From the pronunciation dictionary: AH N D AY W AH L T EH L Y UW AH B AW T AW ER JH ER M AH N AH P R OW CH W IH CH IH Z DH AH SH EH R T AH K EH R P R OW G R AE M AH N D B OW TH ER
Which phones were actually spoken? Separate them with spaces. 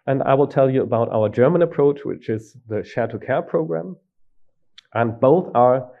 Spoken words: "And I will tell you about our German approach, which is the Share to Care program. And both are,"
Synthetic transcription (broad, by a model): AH N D AY W AH L T EH L Y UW AH B AW T AW ER JH ER M AH N AH P R OW CH W IH CH IH Z DH AH SH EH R T AH K EH R P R OW G R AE M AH N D B OW TH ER